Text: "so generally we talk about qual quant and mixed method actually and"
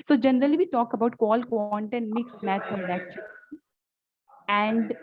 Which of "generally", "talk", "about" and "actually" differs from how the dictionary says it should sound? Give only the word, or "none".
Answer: actually